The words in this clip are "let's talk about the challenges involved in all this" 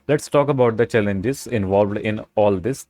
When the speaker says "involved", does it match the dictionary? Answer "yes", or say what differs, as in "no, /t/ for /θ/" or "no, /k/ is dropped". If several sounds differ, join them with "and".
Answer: yes